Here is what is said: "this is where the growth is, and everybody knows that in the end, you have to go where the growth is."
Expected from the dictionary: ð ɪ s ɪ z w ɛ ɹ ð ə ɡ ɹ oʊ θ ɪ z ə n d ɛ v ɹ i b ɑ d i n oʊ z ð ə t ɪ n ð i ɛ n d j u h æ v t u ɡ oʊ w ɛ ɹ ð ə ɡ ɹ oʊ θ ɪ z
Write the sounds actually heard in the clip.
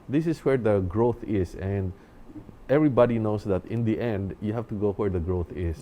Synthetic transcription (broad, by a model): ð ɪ s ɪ s w ɛ ɹ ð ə ɡ ɹ oʊ θ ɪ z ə n d ɛ v ɹ i b ɑ d i n oʊ s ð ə t ɪ n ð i ɛ n d j u h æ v t u ɡ oʊ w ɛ ɹ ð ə ɡ ɹ oʊ θ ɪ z